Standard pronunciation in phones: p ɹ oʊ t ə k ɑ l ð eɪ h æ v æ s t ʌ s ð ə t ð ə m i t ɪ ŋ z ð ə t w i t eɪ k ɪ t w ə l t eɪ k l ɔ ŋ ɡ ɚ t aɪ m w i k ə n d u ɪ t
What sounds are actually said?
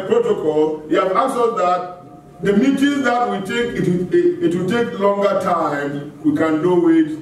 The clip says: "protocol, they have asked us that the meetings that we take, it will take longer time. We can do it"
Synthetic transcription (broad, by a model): p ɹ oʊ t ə k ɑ l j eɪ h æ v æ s ʌ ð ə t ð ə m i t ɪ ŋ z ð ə t w i t eɪ k ɪ t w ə w t eɪ k l ɔ ŋ ɡ ɚ t aɪ m w i k ə n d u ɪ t